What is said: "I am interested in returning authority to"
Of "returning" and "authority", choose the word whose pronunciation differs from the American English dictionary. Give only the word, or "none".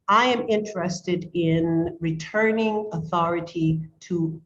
none